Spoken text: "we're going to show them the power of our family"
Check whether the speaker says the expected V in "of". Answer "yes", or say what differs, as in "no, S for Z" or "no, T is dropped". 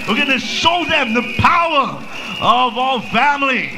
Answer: yes